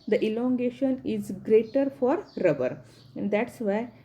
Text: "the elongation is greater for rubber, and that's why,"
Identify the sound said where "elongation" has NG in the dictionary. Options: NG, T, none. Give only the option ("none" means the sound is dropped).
NG